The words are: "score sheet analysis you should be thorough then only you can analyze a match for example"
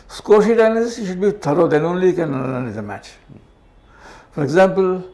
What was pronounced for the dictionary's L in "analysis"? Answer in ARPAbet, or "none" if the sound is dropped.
N